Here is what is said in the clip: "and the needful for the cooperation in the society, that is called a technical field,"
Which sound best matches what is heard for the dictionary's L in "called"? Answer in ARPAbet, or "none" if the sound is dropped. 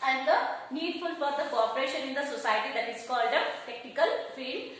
L